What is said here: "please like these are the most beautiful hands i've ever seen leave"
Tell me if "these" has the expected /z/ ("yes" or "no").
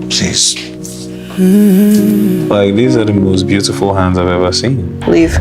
yes